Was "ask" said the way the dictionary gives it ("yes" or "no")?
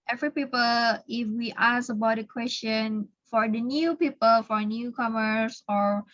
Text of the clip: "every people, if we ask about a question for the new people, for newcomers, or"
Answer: no